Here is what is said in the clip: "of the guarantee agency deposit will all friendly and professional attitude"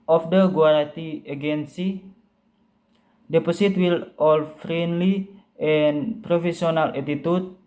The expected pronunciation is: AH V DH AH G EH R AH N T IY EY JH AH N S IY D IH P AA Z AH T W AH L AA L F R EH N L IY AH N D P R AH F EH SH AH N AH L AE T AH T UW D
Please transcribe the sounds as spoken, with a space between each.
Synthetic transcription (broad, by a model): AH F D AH G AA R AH T IY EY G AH N S IY D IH P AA S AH T W AH L AA L F R EH N L IY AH N P R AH F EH S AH N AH L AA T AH T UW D